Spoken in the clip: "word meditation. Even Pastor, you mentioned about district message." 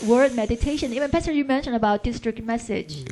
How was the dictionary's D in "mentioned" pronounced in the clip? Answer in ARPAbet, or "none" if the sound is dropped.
none